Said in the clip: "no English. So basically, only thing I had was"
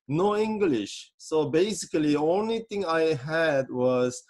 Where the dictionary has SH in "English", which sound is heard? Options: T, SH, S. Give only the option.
SH